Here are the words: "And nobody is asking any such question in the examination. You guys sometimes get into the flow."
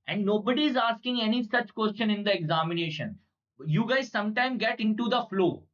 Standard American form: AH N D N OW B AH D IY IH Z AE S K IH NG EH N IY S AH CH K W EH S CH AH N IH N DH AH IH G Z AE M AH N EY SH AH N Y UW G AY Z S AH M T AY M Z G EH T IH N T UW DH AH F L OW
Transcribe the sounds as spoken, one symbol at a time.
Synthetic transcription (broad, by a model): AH N D N OW B AH D IY IH Z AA S K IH NG EH N IY S AH CH K W EH S CH AH N IH N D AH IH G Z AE M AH N EY SH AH N Y UW G AY Z S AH M T AY M G EH T IH N T UW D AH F L OW